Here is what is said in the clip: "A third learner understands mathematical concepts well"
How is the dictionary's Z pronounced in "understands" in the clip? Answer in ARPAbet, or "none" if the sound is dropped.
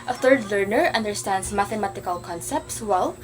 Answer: S